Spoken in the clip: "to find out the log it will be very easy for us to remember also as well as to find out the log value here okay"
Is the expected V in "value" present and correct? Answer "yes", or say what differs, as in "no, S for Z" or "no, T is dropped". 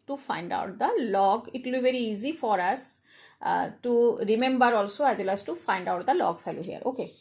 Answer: no, F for V